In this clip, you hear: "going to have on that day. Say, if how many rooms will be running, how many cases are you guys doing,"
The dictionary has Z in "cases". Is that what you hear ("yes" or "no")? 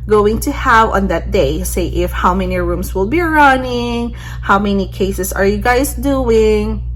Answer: no